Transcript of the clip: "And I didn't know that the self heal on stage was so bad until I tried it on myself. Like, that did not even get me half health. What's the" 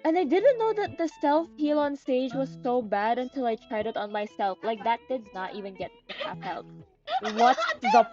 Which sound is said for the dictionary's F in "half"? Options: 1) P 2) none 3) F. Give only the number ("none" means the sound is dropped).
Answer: 1